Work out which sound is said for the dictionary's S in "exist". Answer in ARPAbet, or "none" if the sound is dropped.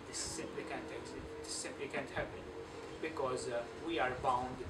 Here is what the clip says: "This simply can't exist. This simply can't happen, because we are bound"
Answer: none